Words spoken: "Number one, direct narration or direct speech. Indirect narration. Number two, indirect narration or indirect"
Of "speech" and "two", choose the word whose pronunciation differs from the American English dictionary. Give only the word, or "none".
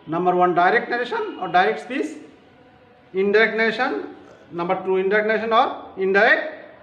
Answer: speech